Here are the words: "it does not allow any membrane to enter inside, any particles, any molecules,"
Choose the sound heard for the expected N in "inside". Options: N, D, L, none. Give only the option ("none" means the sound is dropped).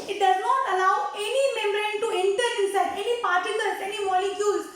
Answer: none